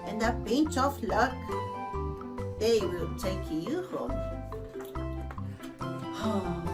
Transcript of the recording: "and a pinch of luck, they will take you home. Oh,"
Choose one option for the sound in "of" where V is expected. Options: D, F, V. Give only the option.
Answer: F